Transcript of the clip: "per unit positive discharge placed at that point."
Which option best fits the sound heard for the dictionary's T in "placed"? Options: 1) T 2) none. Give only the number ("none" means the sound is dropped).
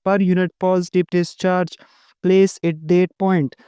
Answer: 2